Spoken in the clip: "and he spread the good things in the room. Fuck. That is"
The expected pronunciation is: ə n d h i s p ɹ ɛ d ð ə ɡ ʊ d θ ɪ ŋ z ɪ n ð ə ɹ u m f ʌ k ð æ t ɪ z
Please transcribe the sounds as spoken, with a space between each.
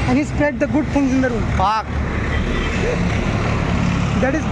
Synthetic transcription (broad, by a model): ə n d h i s p ɹ ɛ d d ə ɡ ʊ d f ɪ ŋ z ɪ n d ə ɹ u m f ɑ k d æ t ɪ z